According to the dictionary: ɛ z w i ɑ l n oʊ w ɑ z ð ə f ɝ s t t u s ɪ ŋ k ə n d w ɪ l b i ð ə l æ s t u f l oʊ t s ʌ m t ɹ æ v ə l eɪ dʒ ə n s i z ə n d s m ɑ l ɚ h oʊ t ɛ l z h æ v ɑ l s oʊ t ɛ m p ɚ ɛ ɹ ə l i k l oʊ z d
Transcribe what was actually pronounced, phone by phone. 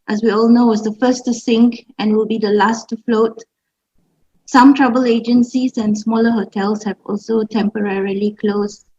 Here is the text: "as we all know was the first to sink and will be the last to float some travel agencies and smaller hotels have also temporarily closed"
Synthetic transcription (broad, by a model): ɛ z w i ɑ l n oʊ w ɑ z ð ə f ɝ s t t u s ɪ ŋ k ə n w ɪ l b i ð ə l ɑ s t u f l oʊ t s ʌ m t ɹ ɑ b ə l eɪ dʒ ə n s i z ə n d s m ɑ l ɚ h oʊ t ɛ l s h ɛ v ɑ l s oʊ t ɛ m p ɚ ɛ ɹ ə l i k l oʊ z